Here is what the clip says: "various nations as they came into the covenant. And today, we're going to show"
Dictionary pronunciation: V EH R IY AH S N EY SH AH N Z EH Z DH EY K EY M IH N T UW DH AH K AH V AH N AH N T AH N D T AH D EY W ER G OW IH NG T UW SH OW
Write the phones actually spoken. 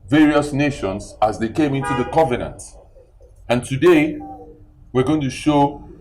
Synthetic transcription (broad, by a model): V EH R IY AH S N EY SH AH N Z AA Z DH EY K EY M IH N T UW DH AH K AH V AH N AH N T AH N T AH D EY W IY G OW IH NG T UW SH OW